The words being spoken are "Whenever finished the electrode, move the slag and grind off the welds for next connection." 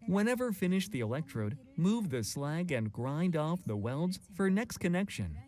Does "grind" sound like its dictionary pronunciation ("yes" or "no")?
yes